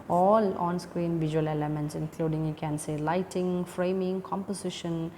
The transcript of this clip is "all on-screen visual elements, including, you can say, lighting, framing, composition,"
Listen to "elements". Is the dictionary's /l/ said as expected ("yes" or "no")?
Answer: no